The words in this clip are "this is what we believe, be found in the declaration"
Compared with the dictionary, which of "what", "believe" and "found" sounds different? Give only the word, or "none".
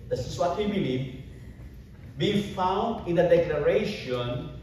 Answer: none